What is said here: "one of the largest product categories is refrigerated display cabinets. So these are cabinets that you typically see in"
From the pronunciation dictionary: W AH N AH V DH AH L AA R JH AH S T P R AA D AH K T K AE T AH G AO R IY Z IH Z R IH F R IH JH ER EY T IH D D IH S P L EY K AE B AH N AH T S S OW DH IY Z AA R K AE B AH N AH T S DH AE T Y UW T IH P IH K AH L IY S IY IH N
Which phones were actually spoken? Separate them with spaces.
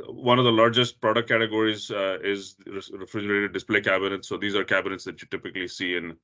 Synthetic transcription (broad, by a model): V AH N AH V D AH L AA R JH AH S T P R AA D AH K T K AE T AH G AO R IY Z IH Z R IH F R IH JH ER EY T IH D D IH S P L EY K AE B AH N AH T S S OW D IY Z AA R K AE B AH N AH T S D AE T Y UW T IH P IH K AH L IY S IY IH N